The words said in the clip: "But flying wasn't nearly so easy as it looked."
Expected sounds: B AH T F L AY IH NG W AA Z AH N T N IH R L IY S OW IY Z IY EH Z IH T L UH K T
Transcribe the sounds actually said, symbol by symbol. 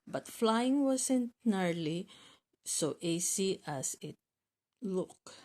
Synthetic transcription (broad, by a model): B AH T F L AY IH NG W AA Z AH N T N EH R L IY S OW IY S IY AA S IH T L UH K